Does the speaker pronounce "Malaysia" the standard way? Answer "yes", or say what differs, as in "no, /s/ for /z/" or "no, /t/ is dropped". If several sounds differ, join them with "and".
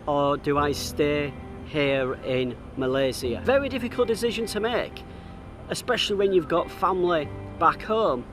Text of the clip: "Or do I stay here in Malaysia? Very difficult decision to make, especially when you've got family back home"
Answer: no, /z/ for /ʒ/